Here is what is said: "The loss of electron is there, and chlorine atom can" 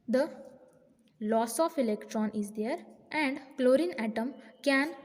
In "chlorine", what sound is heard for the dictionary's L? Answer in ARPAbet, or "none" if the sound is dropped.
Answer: L